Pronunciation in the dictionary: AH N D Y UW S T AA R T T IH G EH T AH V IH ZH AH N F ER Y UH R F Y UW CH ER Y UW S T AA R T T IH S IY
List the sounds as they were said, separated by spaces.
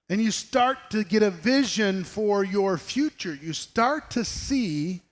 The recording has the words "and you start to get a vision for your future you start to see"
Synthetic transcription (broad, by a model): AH N Y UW S T AA R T T IH G EH T AH V IH ZH AH N F ER Y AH R F Y UW CH ER Y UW S T AA R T T IH S IY